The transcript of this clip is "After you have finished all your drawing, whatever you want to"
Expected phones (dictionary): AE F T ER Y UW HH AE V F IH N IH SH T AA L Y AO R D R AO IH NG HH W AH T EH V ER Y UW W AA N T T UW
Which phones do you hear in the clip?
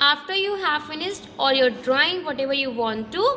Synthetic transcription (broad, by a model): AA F T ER Y UW HH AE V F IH N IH S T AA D Y AO R D R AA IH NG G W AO T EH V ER Y UW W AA N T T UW